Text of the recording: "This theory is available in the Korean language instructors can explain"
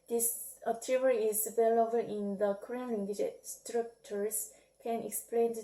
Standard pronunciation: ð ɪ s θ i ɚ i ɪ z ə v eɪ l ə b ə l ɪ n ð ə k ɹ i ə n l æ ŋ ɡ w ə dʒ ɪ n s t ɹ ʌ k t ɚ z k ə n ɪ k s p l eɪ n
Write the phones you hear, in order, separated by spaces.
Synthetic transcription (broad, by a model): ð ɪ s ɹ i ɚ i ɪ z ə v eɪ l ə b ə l ɪ n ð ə k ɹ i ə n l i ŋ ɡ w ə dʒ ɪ s t ɹ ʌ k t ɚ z k ə n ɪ k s p l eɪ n